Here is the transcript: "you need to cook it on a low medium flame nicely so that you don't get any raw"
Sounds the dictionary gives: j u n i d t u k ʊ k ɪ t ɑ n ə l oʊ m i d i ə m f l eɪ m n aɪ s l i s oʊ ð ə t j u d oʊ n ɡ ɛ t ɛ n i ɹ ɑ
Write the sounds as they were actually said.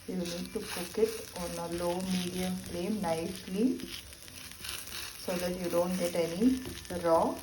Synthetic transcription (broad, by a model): j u n i d t u k ʊ k ɪ t ɑ n ə l oʊ m i d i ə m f l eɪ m n aɪ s l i s oʊ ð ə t j u d oʊ n ɡ ɛ t ɛ n i ɹ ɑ